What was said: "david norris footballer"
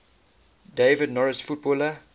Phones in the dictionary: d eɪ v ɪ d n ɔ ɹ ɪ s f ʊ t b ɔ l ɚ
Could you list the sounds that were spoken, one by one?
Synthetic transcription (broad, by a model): d eɪ v ɪ d n ɔ ɹ ɪ s f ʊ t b ɔ l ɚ